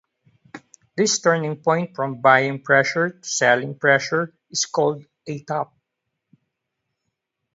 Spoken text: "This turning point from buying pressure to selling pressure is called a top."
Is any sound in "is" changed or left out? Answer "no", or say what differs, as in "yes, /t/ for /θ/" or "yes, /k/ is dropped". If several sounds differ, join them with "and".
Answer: yes, /s/ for /z/